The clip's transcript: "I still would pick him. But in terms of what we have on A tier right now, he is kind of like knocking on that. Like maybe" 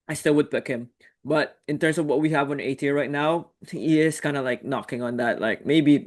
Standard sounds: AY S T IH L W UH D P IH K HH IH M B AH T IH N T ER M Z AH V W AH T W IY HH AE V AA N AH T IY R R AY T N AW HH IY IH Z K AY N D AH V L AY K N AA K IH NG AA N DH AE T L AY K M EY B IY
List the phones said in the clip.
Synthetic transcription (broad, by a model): AY S T IH L W UH D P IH K HH IH M B AH T IH N T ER M S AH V W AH T W IY HH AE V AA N AH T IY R R AY T N AW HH IY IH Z K AY N D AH L AY K N AA K IH NG AA N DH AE T L AY K M EY B IY